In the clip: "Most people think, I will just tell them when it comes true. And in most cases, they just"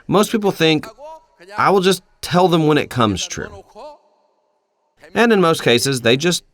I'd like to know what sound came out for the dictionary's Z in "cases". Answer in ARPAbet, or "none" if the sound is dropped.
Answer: Z